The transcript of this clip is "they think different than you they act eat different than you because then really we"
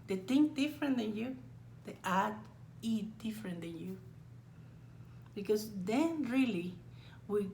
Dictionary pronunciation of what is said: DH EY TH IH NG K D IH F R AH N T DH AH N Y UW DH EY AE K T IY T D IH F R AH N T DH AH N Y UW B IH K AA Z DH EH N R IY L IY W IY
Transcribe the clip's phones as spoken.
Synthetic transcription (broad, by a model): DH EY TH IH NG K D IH F R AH N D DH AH N Y UW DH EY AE T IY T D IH F R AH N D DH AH N Y UW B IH K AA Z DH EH N R IY L IY W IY